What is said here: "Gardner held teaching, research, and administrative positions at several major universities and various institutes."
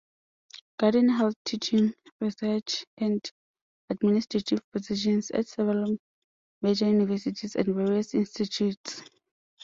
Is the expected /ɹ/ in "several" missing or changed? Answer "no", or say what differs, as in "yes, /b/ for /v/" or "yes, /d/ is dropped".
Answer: yes, /ɹ/ is dropped